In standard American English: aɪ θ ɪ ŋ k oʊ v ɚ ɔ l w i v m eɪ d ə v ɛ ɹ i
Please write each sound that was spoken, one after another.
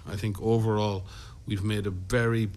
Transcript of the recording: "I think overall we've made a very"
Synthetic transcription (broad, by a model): aɪ θ ɪ ŋ k oʊ v ɚ ɔ l w i v m eɪ d ə v ɛ ɹ i